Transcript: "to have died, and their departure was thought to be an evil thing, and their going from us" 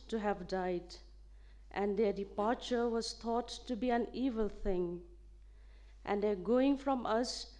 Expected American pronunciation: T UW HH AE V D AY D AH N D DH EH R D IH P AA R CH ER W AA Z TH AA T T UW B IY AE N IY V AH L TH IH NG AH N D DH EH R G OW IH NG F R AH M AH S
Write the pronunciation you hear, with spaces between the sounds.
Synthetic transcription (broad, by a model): T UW HH AE V D AY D AH N D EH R D IH P AA R CH ER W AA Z T AA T T UW B IY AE N IY V AH L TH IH NG AH N D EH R G OW IH NG F R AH M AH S